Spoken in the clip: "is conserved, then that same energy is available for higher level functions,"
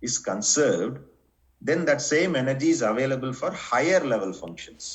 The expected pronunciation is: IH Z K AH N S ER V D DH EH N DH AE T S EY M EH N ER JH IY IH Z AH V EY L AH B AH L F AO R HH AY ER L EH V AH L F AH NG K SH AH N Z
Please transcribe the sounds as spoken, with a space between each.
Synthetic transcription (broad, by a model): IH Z K AH N S ER V D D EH N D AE T S EY M EH N ER JH IY IH Z AH V EY L AH B AH L F AO R HH AY ER L EH V AH L F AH NG K SH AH N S